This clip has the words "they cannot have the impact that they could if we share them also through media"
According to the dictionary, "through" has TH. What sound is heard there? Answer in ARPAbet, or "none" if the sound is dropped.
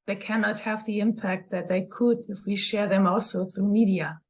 TH